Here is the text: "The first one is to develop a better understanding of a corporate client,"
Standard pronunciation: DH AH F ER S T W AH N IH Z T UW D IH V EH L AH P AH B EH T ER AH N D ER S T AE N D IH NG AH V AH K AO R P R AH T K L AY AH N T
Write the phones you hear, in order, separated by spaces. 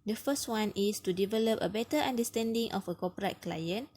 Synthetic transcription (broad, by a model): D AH F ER S T W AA N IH S T UW D IH V EH L AH P AH B EH T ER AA N D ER S T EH N D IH NG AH F AH K AO P R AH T K L AY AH N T